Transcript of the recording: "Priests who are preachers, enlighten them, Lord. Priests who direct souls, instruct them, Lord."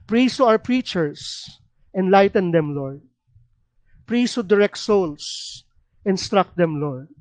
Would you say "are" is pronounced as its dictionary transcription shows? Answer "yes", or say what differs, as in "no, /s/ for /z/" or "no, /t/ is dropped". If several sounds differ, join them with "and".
no, /w/ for /ɹ/